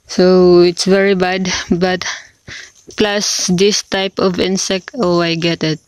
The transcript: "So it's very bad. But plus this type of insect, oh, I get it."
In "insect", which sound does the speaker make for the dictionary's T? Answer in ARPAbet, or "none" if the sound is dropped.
T